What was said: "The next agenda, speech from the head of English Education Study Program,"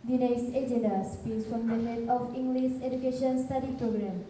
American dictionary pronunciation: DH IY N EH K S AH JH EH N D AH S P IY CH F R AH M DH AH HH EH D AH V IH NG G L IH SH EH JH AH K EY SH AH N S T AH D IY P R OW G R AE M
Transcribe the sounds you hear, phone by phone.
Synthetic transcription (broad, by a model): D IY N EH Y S AH JH EH N D AH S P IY S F R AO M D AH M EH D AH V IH NG G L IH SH EH JH AH K EY SH AH N S T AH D IY P R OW G R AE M